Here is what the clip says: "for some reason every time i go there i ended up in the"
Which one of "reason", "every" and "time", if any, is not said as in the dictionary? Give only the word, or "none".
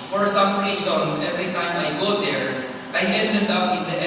reason